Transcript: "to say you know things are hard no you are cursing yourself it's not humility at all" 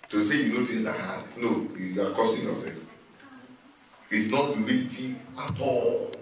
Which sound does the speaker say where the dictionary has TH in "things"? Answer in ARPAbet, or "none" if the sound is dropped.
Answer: T